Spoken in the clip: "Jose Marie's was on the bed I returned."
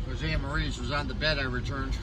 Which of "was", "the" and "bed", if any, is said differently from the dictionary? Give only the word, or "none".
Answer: none